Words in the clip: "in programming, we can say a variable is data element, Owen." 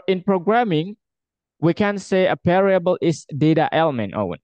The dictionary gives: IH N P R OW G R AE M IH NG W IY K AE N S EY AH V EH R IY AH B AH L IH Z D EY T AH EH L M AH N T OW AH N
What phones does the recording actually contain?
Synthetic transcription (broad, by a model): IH N P R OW G R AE M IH NG W IY K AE N S EY AH P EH R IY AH B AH L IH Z D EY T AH EH L M AH N T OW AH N